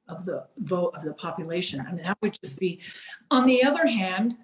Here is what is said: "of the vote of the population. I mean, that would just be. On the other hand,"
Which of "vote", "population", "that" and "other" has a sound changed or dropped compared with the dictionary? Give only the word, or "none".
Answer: none